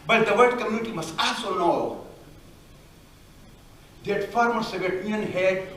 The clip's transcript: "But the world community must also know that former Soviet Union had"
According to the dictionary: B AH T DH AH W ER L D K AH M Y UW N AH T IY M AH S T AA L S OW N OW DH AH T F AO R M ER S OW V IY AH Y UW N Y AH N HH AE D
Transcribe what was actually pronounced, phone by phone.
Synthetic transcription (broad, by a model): B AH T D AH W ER D K AH M Y UW N AH T IY M AH S T AA L S OW N OW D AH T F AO R M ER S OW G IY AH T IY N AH N HH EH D